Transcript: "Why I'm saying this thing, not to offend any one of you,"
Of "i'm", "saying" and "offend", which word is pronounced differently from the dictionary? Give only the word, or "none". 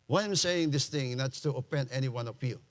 offend